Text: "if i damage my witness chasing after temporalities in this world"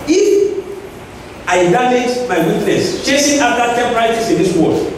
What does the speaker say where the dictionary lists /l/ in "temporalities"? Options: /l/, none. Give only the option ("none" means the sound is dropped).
none